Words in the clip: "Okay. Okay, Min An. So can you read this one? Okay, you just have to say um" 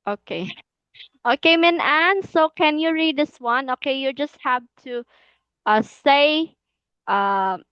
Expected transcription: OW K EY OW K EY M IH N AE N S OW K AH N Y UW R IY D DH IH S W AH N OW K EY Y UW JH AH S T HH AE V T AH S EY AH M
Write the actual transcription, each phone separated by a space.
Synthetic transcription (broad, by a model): OW K EY OW K EY M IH N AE N S OW K AH N Y UW R IY D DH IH S W AH N OW K EY Y UW JH AH S T HH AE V T AH S EY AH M